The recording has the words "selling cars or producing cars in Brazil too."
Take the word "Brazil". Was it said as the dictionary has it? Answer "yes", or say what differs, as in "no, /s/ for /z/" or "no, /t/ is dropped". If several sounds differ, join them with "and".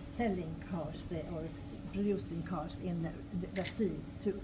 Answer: no, /s/ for /z/